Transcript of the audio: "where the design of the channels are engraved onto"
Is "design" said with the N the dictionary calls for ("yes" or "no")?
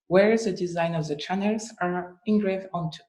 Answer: yes